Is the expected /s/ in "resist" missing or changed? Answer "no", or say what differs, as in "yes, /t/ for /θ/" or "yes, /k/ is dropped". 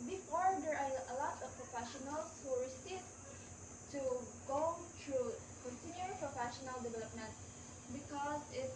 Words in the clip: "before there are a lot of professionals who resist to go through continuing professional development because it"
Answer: yes, /s/ is dropped